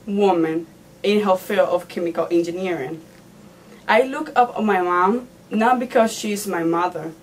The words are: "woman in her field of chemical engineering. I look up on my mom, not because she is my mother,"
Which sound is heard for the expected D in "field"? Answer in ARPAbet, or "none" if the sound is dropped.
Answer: none